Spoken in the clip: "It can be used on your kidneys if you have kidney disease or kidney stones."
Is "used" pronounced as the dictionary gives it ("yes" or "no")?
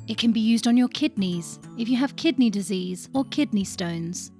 yes